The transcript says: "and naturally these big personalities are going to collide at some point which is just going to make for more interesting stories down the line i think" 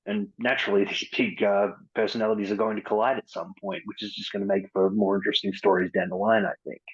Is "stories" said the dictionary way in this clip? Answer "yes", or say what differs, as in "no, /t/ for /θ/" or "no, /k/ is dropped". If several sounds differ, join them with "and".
yes